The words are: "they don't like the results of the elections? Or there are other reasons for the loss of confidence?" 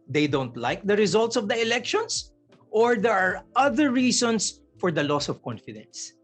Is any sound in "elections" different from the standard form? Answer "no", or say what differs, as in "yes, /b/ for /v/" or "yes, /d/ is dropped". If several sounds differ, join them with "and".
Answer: yes, /s/ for /z/